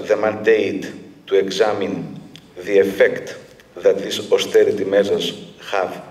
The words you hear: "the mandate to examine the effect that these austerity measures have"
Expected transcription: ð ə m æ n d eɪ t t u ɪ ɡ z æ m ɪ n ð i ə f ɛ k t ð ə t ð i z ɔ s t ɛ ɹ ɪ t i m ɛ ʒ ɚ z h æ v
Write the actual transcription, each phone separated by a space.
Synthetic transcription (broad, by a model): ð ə m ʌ n d eɪ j t u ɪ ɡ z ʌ m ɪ n ð i ə f ɛ k t ð ə t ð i s ɔ s t ɛ ɹ ɪ t i m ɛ s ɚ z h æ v